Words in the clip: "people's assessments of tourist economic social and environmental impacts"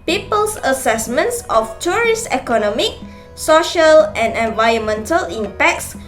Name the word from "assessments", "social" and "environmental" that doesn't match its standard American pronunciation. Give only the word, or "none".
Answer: environmental